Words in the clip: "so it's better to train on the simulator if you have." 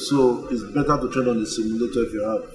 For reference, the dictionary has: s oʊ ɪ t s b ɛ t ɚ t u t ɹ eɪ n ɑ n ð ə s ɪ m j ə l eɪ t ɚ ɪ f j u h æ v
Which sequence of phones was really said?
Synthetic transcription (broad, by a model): s oʊ ɪ t s b ɛ t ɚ t u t eɪ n ɑ n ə s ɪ m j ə l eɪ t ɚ ɪ f j u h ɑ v